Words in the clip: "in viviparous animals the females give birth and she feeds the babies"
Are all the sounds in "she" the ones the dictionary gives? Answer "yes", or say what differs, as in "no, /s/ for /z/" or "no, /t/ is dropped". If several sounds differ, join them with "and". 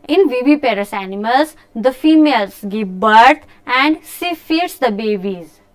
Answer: no, /s/ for /ʃ/